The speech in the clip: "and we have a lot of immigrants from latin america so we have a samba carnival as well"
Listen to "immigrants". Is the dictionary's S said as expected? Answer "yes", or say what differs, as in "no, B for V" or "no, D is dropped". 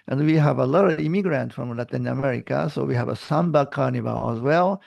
no, S is dropped